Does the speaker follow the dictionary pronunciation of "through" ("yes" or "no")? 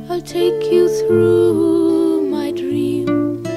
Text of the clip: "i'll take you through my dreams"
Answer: yes